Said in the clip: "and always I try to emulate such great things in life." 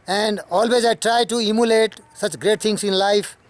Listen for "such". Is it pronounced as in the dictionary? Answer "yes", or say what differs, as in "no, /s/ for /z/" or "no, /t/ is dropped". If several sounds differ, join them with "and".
yes